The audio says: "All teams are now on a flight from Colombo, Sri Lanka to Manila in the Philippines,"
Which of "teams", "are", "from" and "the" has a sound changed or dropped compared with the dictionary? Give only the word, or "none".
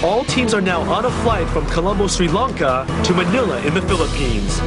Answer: none